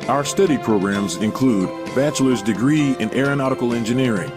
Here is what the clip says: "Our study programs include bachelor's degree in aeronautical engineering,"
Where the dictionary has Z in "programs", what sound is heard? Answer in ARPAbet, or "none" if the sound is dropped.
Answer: Z